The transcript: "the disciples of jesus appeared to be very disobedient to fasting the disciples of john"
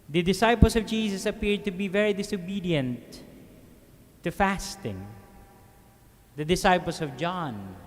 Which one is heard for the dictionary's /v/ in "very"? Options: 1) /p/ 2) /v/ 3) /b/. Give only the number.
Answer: 2